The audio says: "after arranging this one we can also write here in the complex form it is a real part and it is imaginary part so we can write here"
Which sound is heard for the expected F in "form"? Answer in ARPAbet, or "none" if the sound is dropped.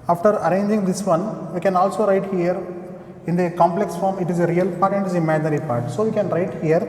F